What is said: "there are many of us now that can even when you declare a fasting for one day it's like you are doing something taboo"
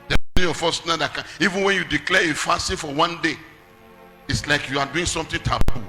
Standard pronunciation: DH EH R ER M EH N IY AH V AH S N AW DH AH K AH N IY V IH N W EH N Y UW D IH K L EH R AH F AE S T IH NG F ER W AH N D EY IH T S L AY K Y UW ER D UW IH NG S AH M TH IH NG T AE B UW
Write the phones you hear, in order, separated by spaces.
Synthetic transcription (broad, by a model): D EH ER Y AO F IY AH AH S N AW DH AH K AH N IY V IH N W EH N Y UW D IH K L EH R AH F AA S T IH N F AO W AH N D EY IH T S L AY K Y UW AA D UW IH NG S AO M T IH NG T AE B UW